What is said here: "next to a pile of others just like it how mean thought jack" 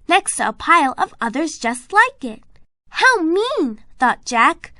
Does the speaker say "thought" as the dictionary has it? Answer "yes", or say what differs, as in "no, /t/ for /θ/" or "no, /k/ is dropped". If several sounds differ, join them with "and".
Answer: yes